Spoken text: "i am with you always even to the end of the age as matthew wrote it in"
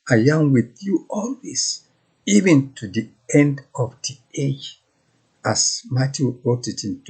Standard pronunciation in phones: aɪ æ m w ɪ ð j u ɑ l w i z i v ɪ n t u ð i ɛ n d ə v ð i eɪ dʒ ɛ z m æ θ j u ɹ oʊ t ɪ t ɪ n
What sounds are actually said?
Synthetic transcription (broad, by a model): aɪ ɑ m w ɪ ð j u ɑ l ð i s i v ɪ n t u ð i ɛ n d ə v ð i eɪ dʒ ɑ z m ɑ t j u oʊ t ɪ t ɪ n